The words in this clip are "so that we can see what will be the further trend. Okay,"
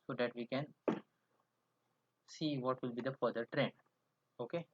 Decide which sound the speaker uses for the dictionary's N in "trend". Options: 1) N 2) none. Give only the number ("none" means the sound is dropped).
1